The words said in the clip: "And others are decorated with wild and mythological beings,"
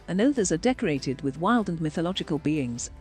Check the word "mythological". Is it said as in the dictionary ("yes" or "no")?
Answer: yes